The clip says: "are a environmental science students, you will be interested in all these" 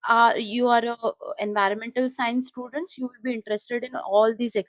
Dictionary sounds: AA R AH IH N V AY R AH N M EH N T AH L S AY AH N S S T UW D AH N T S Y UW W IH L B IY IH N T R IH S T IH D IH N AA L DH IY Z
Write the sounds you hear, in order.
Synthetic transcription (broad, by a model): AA R AH IH N V AY R AH N M EH N T AH L S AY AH N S S T UW D AH N T S Y UW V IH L B IY IH N T R IH S T IH D IH N AA L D IY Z